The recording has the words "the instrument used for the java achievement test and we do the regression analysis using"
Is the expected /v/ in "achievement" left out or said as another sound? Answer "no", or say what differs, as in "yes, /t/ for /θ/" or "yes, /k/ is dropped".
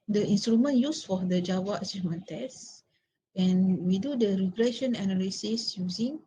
yes, /v/ is dropped